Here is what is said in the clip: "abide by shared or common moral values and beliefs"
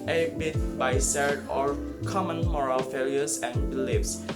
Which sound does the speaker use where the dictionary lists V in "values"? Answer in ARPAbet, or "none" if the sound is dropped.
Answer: F